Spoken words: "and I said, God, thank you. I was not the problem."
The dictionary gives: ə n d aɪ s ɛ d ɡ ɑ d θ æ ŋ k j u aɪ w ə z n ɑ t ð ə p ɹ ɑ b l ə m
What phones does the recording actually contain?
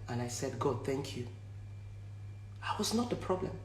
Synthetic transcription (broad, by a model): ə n aɪ s ɛ d ɡ ɑ d θ æ ŋ k j u aɪ w ə z n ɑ t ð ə p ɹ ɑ b l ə m